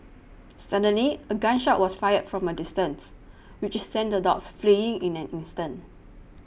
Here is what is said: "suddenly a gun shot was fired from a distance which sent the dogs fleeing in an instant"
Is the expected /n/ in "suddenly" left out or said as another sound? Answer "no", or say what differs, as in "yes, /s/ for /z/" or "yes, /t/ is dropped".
no